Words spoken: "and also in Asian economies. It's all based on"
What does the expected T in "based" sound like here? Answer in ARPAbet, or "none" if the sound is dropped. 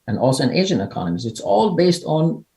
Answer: T